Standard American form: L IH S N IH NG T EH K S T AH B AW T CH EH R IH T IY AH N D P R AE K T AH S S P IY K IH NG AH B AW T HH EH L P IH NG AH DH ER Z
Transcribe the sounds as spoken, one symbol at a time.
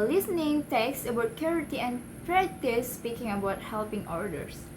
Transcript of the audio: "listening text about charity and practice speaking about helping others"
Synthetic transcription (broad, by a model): L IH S N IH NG T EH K S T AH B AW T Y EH R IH T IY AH N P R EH T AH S S P IY K IH NG AH B AW T HH EH L P IH NG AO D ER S